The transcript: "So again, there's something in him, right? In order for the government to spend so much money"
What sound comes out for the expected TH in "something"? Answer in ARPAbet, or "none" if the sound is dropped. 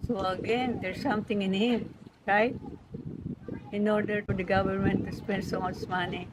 T